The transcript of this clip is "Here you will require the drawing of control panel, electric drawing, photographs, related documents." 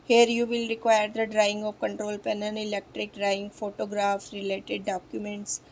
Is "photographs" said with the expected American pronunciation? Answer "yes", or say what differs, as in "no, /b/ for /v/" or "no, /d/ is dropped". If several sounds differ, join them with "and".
no, /s/ is dropped